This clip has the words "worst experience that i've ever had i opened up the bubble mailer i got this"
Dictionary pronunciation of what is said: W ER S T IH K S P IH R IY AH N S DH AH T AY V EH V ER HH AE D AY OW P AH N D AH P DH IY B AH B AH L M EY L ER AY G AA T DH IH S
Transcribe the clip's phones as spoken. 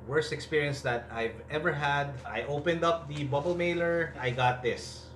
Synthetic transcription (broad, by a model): W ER S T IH K S P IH R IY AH N S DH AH T AY V EH V ER HH AE D AY OW P AH N D AH P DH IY B AH B AH L M EY L ER AY G AA T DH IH S